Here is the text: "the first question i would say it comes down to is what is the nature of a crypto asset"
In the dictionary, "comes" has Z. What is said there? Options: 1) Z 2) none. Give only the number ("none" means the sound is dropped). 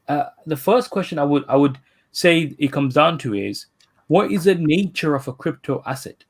1